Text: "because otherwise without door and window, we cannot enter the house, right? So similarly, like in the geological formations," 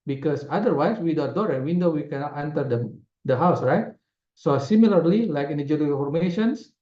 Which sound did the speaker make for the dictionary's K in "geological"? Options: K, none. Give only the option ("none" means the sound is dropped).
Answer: none